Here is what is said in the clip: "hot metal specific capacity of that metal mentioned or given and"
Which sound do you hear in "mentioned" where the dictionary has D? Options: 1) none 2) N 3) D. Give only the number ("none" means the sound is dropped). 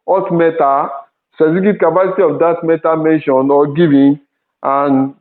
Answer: 1